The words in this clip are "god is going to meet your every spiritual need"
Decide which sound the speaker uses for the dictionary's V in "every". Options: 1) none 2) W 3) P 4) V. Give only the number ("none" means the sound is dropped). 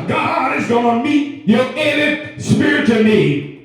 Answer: 1